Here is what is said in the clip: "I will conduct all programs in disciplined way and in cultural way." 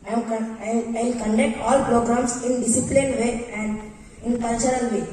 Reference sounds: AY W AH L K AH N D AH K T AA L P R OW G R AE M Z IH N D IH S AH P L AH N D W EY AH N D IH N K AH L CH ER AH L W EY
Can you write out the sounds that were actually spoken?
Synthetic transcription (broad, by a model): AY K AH N K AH N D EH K T AA L P R OW G R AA M S IH N D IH S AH P L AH N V EY AH N D IH N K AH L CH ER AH L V EY